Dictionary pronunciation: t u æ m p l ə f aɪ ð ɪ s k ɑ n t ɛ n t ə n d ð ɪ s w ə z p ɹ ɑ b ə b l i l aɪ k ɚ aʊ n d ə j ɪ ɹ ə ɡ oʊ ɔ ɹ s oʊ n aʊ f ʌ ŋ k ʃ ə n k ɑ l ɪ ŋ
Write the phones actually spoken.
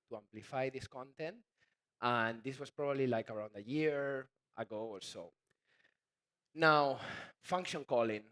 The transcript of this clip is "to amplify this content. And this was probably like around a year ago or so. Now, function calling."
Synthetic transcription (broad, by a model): t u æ m p l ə f aɪ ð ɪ s k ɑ n t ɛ n t ə n d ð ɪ s w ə s p ɹ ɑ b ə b l i l aɪ k ɚ aʊ n d ə j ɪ ɹ ə ɡ oʊ ɔ ɹ s oʊ n aʊ f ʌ ŋ k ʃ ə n k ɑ l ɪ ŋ